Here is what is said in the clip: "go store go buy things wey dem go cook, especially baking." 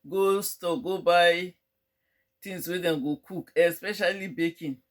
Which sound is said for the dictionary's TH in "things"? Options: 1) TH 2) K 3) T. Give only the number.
3